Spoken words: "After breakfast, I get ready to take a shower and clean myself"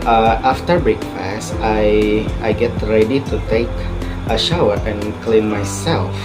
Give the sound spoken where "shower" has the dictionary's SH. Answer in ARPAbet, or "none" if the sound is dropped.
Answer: SH